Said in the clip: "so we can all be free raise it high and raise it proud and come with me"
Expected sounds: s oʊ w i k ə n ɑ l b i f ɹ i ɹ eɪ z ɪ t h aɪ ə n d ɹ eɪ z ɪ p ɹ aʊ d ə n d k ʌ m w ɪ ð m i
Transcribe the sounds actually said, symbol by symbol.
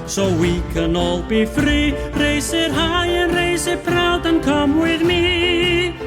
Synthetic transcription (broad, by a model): s oʊ w i k ə n ɑ l b i f ɹ i ɹ eɪ s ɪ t h aɪ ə n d ɹ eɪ s ɪ p ɹ aʊ d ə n k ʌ m w ɪ ð m i